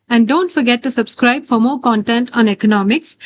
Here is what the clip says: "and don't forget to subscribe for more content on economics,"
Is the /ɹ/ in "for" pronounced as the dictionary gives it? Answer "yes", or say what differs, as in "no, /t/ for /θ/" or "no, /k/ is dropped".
yes